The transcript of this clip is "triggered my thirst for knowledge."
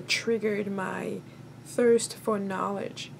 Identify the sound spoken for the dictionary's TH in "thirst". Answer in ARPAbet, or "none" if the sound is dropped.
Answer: TH